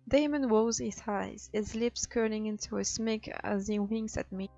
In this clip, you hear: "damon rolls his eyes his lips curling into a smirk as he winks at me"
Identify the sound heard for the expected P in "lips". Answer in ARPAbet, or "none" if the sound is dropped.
P